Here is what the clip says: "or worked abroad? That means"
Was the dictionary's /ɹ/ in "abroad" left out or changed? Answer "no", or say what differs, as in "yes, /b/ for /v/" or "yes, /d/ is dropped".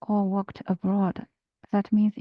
no